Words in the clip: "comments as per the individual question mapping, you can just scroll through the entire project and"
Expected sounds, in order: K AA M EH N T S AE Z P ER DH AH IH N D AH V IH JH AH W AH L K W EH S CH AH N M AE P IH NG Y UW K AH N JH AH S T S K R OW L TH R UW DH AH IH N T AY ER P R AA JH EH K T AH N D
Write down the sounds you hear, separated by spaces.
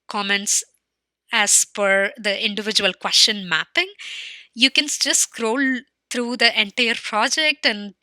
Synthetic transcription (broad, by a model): K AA M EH N T S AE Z F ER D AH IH N D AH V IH JH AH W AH L K W EH S CH AH N M AE P IH NG Y UW K AH N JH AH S S K R OW L T R UW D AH IH N T AY ER P R AA JH EH K T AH N D